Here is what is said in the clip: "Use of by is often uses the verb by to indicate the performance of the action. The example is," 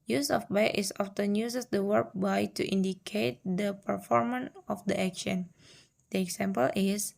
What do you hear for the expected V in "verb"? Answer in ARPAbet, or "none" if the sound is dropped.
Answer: W